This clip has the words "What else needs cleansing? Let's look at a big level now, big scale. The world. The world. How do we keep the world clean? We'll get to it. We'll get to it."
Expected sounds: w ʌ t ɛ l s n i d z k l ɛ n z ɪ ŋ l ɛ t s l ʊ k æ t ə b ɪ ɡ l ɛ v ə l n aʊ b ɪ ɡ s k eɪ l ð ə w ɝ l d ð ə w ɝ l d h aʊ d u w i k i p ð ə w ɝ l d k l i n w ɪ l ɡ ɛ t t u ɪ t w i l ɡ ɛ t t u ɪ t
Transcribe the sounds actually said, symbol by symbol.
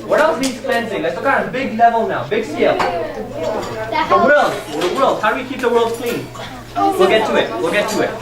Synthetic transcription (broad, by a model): w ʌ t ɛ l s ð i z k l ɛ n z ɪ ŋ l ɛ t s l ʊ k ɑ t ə b ɪ ɡ l ɛ v ə l n aʊ b ɪ ɡ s i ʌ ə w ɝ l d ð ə w ɝ l d h aʊ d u w i k i p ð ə w ɝ l d k l i n w ɪ l ɡ ɛ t t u ɪ t w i l ɡ ɛ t t u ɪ t